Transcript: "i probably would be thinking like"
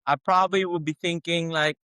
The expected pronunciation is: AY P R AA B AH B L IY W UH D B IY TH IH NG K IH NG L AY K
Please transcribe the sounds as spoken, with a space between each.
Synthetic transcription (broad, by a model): AY P R AA B AH B L IY W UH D B IY TH IH NG K IH NG L AY K